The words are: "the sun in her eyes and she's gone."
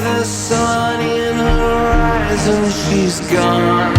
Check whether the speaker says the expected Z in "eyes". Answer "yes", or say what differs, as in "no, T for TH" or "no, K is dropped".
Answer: yes